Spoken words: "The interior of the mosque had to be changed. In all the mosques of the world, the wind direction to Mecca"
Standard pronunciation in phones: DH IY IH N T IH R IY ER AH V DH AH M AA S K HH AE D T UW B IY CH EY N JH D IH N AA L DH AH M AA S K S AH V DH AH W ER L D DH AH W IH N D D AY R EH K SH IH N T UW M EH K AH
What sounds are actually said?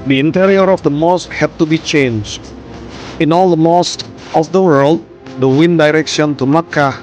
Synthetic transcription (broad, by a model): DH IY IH N T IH R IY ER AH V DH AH M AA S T HH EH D T UW B IY CH EY N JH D IH N AA L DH AH M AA S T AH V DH AH W ER L D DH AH W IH N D D AY R EH K SH IH N T UW M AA K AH